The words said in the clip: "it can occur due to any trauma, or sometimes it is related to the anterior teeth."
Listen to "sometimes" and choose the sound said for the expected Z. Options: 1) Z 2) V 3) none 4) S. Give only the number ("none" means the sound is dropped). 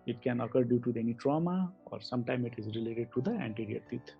3